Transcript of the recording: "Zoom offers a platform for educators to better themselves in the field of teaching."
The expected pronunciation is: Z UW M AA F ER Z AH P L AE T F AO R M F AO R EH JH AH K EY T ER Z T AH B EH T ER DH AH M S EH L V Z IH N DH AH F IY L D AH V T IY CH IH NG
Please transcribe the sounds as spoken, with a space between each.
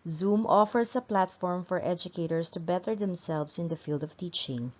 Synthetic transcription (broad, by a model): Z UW M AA F ER S AH P L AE T F AO R M F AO R EH JH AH K EY T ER S T AH B EH T ER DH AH M S EH L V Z IH N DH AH F IY L D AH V T IY CH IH NG